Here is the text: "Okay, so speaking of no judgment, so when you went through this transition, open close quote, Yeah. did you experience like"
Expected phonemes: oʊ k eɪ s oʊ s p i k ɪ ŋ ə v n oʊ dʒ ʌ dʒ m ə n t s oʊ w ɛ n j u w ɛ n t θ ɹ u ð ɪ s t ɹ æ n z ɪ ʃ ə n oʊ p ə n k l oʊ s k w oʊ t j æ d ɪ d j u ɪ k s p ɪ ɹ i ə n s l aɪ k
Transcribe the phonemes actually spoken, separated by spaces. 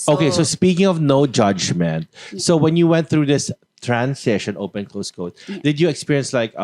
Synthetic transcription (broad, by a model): oʊ k eɪ s oʊ s p i k ɪ ŋ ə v n oʊ dʒ ʌ dʒ m ə n t s oʊ w ɛ n j u w ɛ n t θ ɹ u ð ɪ s t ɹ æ n s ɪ ʃ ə n oʊ p ə n k l oʊ s k oʊ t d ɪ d j u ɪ k s p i ɹ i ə n s l aɪ k